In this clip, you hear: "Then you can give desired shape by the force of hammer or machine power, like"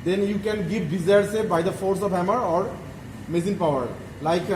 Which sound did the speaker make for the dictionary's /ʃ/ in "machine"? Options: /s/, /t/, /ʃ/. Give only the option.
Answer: /s/